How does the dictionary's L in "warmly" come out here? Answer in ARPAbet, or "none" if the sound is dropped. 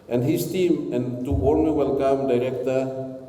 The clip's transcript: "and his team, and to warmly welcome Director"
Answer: none